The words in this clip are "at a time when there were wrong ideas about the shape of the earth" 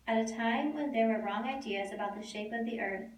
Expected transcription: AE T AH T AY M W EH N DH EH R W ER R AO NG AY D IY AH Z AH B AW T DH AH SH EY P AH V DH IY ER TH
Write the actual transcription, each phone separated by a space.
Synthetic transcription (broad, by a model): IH T AH T AY M W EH N DH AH R W ER R AO NG AY D IY AH Z AH B AW T DH AH SH EY P AH V DH IY ER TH